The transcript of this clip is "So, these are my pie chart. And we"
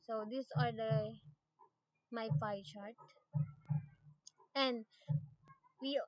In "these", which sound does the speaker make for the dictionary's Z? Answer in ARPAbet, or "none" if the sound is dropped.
S